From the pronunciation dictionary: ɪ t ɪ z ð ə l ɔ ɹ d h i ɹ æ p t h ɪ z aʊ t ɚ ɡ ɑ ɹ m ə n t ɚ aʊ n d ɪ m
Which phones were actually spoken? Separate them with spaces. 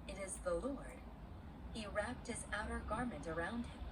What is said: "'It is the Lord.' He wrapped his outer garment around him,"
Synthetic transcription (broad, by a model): ɪ t ɪ z ð ə l ɔ ɹ d h i ɹ æ p t h ɪ z aʊ t ɚ ɡ ɑ ɹ m ə n t ɚ aʊ n d ɪ m